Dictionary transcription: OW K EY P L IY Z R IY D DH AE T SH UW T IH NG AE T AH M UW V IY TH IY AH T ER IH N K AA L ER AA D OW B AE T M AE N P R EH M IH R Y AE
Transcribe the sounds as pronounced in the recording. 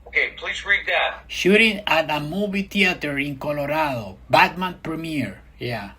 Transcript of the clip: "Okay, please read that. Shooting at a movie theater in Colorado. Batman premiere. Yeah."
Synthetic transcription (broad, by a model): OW K EY P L IY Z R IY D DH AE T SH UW T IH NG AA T AH M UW B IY T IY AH T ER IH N K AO L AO AA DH OW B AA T M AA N P R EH M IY R Y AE